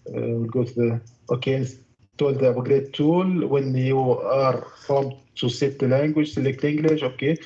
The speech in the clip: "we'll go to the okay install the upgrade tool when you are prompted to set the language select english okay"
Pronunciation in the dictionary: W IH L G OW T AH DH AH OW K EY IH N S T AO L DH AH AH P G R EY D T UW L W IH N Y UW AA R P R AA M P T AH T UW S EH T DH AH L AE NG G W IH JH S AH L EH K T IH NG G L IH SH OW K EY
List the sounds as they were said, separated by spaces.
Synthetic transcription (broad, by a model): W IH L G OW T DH OW K EY IH N S T AO L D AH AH G R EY T UW L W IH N Y UW AA R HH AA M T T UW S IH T L AE NG G W IH JH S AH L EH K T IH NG G L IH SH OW K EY